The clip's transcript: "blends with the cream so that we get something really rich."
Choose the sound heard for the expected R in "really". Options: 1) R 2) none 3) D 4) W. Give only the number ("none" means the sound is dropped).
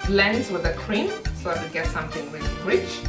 4